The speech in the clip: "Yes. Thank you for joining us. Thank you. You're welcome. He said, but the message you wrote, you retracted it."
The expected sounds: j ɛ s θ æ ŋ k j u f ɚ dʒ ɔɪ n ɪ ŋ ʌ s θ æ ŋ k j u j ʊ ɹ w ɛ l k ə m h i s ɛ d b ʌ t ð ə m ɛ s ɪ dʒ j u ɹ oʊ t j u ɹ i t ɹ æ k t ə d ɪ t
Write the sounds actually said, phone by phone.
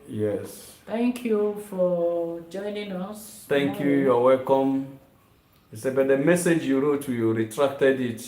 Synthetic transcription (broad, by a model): j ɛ s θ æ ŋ k j u f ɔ dʒ ɔɪ n ɪ ŋ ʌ s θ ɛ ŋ k j u j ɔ w ɛ l k ə m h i s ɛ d b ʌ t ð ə m ɛ s ɪ dʒ j u ɹ oʊ t j u ɹ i t ɹ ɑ k t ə d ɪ t